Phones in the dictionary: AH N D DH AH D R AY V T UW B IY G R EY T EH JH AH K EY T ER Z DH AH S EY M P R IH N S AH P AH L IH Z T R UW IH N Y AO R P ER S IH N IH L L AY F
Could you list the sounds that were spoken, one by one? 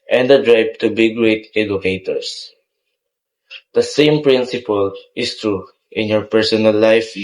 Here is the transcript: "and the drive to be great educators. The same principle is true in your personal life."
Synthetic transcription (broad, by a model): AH N D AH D R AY P T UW B IY G R EY T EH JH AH K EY T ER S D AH S EY M P R IH N S AH P AH L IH S T R UW IH N Y AO R P ER S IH N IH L L AY F